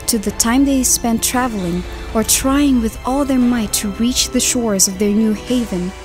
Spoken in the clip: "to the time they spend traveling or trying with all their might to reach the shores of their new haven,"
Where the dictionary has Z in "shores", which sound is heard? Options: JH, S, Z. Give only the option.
Z